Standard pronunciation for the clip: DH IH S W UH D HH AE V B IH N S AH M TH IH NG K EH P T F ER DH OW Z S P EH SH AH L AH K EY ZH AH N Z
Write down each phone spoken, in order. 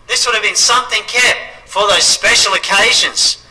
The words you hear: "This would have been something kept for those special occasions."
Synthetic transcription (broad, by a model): DH IH S W UH D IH V B IH N S AH M TH IH NG K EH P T F ER DH OW Z S P EH SH L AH K EY ZH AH N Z